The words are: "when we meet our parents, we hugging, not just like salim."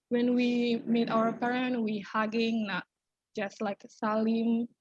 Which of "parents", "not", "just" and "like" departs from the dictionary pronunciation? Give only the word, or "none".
parents